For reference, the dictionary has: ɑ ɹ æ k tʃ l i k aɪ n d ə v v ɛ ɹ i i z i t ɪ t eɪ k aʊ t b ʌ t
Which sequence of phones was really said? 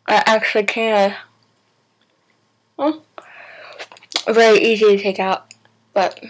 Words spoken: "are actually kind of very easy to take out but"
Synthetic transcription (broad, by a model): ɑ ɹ æ k tʃ l i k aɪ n ə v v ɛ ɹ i i z i t ɪ t eɪ k aʊ t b ʌ t